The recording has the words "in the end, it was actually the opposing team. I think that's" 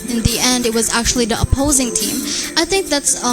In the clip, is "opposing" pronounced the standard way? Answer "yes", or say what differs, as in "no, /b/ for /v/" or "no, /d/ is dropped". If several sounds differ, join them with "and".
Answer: yes